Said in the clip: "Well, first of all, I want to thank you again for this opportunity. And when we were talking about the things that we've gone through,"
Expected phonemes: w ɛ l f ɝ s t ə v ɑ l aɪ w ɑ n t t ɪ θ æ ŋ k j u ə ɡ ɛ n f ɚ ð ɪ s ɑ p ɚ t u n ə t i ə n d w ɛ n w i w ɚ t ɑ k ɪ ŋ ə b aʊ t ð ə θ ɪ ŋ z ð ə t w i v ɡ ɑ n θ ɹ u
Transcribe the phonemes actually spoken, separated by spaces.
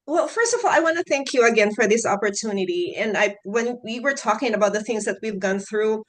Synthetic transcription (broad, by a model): w ɛ l f ɝ s t ə v ɑ l aɪ w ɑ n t t ɪ θ æ ŋ k j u ə ɡ ɛ n f ɚ ð ɪ s ɑ p ɚ t u n ə t i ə n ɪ w ɛ n w i w ɚ t ɑ k ɪ ŋ ə b aʊ t ð ə θ ɪ ŋ z ð ə t w i v ɡ ɑ n θ ɹ u